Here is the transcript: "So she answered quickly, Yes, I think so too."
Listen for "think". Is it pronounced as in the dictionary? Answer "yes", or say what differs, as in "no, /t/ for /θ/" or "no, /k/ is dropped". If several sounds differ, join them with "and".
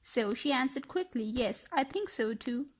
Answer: yes